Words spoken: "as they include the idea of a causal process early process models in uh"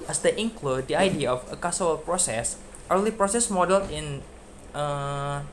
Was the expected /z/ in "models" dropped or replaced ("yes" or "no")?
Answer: yes